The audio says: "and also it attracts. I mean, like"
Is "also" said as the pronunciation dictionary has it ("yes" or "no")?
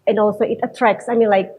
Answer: yes